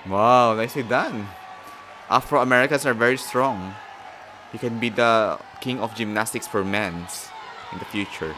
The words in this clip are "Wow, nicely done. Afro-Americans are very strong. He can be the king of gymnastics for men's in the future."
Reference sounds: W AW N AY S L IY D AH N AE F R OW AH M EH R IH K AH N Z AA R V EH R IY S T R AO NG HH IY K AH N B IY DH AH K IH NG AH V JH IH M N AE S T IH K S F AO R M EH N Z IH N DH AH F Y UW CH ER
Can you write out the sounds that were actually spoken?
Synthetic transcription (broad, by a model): W AW N AY S L IY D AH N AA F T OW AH M EH R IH K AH N S AA R V EH R IY S T R AO NG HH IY K AH N B IY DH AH K IH NG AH F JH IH M N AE S T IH K S F AO R M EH N S IH N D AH F Y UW CH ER